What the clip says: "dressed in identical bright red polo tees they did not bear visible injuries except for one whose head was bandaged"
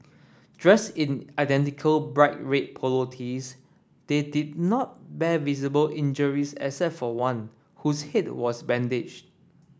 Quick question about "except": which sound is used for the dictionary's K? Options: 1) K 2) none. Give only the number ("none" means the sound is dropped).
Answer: 2